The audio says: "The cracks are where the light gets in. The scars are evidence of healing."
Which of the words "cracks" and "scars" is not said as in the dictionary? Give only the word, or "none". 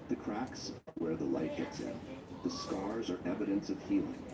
none